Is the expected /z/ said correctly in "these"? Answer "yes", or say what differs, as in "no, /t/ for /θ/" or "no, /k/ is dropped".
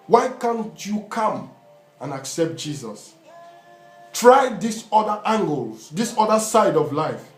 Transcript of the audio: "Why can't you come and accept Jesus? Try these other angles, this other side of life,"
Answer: no, /s/ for /z/